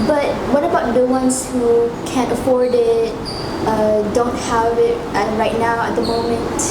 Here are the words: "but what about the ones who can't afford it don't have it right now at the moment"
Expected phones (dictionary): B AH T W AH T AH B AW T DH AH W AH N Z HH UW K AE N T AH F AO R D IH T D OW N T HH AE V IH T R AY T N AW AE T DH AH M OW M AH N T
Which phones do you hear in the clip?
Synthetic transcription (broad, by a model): B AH T W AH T AH B AW T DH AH W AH N S HH UW K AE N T AH F AO R D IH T D OW N T HH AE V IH T R AY T N AW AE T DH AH M OW M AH N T